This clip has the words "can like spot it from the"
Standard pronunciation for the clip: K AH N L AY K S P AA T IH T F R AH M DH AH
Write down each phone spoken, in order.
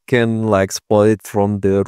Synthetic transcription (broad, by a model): K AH N L AY K S P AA IH T F R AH M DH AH